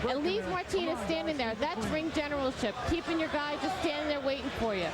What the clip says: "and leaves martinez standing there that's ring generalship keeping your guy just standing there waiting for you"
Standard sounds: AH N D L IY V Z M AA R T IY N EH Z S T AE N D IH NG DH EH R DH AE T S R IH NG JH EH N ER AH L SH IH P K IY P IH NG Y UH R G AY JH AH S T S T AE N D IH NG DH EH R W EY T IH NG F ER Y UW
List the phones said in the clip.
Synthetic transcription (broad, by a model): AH N L IY V M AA R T IY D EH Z S T AE N D IH NG DH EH R DH AE T S R IH NG JH EH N ER L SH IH P K IY P IH NG Y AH R G AY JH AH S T S T AE N D IH NG DH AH R W EY T IH NG F ER Y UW